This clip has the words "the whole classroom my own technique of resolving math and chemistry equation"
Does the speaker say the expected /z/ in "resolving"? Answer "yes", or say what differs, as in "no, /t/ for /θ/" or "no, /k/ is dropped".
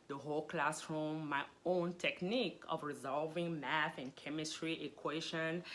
yes